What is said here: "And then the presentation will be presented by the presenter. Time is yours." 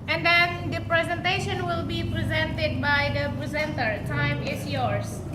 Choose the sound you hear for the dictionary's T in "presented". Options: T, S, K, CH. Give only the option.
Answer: T